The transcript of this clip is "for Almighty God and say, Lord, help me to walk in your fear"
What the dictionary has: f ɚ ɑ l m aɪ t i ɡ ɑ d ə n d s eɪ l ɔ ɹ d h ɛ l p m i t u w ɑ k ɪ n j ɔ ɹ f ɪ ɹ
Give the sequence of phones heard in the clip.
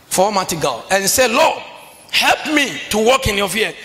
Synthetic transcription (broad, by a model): f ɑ m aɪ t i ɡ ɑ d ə n s eɪ l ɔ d h ɛ l p m i t u w ɑ k ɪ n j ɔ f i